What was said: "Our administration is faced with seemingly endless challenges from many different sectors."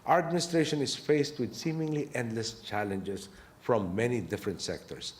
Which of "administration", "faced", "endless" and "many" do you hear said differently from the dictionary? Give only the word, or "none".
none